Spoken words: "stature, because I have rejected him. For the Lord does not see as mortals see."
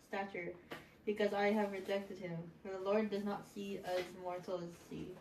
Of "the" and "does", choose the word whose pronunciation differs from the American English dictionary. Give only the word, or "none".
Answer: none